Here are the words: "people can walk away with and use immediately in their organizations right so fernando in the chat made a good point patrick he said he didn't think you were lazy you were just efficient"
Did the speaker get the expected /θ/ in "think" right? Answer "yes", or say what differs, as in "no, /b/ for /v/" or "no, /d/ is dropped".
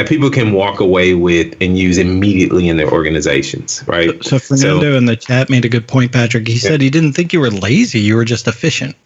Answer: yes